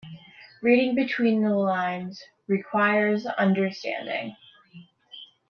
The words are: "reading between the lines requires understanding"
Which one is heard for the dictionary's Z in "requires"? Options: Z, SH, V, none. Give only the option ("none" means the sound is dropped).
Z